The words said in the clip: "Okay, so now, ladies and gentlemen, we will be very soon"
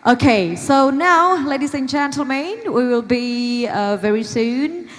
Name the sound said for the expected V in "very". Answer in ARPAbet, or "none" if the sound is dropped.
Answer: V